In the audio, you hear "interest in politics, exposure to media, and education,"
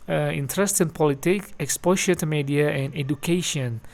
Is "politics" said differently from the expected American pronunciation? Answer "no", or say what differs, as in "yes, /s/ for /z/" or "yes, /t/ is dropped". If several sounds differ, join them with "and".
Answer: yes, /s/ is dropped